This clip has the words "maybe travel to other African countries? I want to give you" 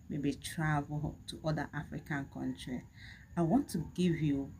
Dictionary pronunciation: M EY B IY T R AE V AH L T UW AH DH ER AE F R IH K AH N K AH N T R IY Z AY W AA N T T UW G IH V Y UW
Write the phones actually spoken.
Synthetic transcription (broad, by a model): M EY B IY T R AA V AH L T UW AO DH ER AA F R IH K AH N K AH N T R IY AY W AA N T T UW G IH V Y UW